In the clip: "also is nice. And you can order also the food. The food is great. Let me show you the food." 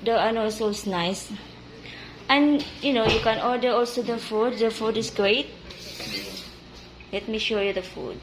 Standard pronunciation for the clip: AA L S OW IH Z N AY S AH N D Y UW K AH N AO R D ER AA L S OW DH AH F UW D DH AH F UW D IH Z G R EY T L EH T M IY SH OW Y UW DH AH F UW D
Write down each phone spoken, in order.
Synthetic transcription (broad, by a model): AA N S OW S N AY S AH N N Y UW K AH N AO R D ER AA L S OW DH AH F UW D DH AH F UW D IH S G R EY T L EH T M IY SH OW Y UW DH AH F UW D